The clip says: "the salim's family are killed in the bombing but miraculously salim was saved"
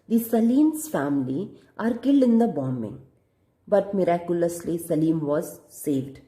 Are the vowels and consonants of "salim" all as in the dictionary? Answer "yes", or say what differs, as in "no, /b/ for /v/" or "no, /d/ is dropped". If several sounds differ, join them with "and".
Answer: yes